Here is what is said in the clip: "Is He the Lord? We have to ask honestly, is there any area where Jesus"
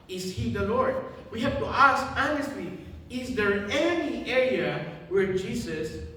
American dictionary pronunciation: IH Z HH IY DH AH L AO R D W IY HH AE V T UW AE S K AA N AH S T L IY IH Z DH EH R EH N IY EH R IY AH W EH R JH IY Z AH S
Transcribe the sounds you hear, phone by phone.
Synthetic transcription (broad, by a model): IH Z HH IY DH AH L AO R D W IY HH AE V T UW AE S K AA N AH S T L IY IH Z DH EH R EH N IY EH R IY AH W EH R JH IY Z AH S